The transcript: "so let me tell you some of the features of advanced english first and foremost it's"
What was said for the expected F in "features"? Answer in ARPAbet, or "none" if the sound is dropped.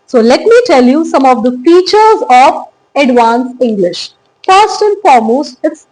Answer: F